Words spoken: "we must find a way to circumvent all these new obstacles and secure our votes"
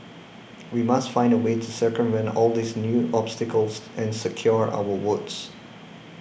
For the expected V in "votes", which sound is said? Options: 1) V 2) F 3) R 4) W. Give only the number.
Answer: 4